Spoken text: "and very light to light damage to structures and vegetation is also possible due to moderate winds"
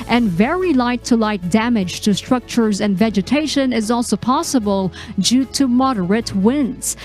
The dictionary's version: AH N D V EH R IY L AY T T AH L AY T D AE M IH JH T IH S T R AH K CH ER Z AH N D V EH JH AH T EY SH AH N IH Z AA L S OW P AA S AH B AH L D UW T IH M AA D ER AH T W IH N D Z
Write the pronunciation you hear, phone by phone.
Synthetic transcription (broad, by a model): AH N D V EH R IY L AY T T AH L AY T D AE M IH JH T IH S T R AH K CH ER Z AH N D V EH JH AH T EY SH AH N IH Z AA L S OW P AA S AH B AH L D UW T IH M AA D ER AH T W IH N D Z